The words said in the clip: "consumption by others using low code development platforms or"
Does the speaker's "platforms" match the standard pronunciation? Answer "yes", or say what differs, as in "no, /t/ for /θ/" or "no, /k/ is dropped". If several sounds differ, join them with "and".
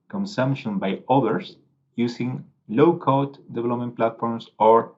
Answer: no, /s/ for /z/